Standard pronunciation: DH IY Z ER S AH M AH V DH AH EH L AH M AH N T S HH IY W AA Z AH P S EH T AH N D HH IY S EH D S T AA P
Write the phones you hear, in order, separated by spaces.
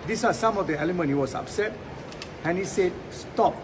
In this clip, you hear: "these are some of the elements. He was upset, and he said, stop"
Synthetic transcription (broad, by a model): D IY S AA S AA M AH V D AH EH L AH M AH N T HH IY W AA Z AH P S EH T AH N HH IY S EH D S T AA P